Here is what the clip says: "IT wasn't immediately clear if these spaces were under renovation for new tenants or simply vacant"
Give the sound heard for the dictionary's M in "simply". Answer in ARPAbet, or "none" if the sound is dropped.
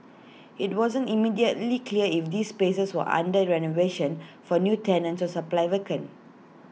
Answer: none